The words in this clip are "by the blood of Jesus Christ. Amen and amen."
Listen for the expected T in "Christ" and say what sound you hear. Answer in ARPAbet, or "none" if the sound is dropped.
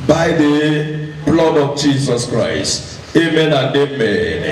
T